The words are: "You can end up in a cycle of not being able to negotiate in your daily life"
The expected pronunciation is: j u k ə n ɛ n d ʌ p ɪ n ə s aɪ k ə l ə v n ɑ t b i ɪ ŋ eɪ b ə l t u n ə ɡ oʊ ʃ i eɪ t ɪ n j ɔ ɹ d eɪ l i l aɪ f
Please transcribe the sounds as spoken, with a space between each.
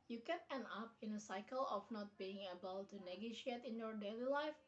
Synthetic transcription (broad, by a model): j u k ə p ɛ n ʌ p ɪ n ə s aɪ k ə l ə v n ɑ t b i ɪ ŋ eɪ b ə l t u n ə ɡ oʊ ʃ i eɪ t ɪ n j ɔ ɹ d eɪ l i l aɪ f